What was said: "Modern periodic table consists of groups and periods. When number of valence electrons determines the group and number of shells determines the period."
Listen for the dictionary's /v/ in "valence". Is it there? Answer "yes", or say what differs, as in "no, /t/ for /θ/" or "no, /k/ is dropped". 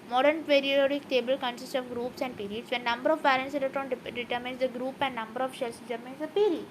no, /p/ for /v/